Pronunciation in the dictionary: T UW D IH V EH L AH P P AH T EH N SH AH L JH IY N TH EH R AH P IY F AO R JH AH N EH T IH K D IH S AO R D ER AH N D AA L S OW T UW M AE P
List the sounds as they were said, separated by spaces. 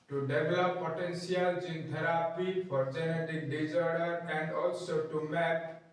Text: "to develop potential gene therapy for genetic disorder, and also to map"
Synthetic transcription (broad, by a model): T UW D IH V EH L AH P P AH T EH N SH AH L JH IY N T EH R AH P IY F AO R JH AH N EH T IH K D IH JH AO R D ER AH N D AA L S OW T UW M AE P